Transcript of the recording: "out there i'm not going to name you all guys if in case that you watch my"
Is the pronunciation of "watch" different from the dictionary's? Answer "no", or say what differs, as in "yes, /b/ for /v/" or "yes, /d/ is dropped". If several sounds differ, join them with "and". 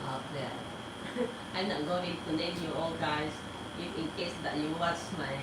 yes, /s/ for /tʃ/